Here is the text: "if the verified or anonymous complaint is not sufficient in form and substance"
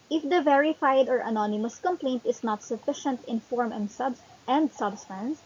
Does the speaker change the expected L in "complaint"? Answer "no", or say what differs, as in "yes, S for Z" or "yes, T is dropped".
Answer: no